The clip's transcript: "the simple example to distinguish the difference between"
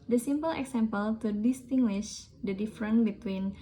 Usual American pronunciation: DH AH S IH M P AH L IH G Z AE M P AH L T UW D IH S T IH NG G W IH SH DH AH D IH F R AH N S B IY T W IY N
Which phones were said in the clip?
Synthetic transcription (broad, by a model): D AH S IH M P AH L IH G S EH M P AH L T UW D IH S T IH NG G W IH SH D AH D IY F R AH N B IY T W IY N